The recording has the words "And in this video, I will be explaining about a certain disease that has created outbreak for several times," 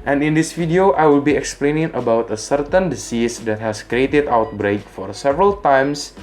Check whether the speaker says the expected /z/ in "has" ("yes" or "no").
no